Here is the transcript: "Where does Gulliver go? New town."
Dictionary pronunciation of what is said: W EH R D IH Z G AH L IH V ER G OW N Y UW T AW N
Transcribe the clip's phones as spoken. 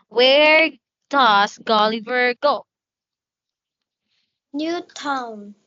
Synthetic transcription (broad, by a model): W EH R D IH S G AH L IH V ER G OW N Y UW T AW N